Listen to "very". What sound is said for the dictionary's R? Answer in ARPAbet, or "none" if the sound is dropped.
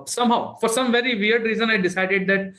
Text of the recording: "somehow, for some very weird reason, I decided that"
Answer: R